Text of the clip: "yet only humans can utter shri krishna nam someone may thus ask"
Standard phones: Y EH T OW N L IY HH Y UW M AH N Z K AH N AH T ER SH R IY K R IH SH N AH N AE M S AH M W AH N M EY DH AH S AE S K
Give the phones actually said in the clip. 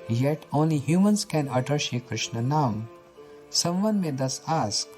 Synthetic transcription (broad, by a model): Y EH T OW N L IY HH Y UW M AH N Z K AH N AH T ER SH IY K R IH SH N AH N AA M S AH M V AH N M EY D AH S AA S K